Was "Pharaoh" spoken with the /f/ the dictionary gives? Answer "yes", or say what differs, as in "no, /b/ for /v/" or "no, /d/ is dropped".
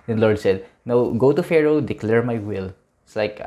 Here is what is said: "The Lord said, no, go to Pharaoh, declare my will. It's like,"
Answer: yes